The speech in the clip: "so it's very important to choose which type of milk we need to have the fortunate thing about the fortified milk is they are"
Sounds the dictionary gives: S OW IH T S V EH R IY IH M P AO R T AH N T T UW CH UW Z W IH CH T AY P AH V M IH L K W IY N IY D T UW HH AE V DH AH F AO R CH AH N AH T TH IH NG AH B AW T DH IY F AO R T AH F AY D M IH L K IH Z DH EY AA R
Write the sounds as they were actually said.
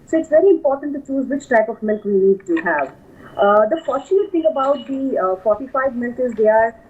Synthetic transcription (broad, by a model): S OW IH T S V EH R IY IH M P AO R T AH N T T UW CH UW Z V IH CH T AY P AH V M IH L K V IY N IY D T UW HH AE V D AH F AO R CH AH AH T T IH NG AH B AW T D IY F AO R T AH F AY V M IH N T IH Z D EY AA R